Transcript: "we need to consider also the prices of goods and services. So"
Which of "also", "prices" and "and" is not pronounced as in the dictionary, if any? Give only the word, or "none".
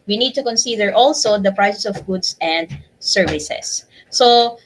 prices